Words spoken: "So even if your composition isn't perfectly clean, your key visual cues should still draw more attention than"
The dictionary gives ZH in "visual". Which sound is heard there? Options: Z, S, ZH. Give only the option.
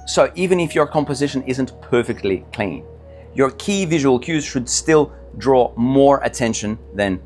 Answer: ZH